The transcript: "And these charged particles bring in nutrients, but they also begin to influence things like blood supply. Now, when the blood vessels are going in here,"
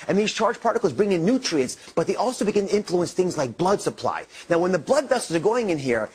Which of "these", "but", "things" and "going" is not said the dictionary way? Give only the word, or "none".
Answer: none